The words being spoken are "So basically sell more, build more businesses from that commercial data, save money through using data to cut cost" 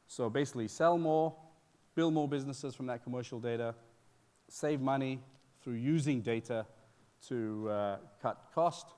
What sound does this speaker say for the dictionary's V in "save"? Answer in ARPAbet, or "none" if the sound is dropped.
V